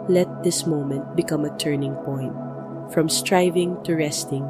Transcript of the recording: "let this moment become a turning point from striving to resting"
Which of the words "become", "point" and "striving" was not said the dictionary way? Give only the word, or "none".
none